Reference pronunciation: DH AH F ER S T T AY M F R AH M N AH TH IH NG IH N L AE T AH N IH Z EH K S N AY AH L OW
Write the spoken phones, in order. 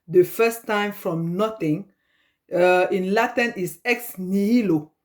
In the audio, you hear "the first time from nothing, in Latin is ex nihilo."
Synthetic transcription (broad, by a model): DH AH F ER S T T AY M F R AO M N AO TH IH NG IH N L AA T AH N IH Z EH K S N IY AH L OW